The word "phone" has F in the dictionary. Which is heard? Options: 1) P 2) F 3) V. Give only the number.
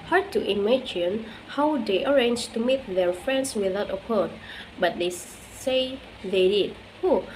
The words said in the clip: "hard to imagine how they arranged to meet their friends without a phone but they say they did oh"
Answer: 1